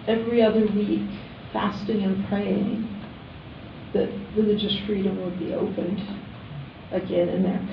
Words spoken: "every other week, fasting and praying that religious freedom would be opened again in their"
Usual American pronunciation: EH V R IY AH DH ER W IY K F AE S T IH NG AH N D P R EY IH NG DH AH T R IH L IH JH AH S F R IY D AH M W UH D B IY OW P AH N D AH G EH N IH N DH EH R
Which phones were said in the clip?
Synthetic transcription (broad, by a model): EH V R IY AH DH ER W IY K F AE S T IH NG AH N P R EY IH NG DH AH T R IH L IH JH AH S F R IY D AH M W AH D B IY OW P AH N D AH G EH N IH N DH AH R